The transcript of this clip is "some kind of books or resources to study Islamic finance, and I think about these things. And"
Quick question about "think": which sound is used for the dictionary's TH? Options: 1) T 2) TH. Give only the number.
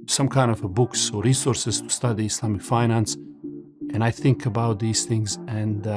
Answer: 2